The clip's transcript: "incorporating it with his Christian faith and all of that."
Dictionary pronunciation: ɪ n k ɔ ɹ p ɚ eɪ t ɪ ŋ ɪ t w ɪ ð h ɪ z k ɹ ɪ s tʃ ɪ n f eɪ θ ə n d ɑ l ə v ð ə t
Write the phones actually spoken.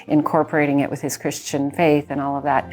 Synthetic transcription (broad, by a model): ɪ n k ɔ ɹ p ɚ eɪ t ɪ ŋ ɪ t w ɪ ð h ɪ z k ɹ ɪ s tʃ ɪ n f eɪ θ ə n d ɑ l ə v ð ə t